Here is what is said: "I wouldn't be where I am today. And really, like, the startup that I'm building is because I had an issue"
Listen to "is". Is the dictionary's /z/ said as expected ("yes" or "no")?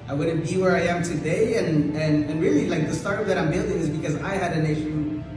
yes